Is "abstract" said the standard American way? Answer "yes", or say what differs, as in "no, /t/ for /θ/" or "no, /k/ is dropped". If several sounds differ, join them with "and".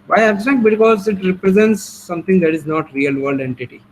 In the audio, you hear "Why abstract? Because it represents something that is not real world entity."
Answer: no, /ɹ/ is dropped